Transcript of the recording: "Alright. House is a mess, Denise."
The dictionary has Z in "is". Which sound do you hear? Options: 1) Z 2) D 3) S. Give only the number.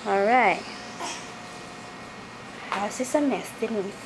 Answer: 3